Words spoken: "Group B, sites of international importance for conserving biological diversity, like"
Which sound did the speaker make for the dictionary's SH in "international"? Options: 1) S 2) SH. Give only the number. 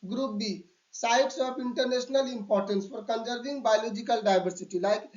1